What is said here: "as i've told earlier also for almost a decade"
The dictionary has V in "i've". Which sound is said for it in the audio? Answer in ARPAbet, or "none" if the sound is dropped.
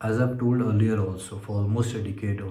B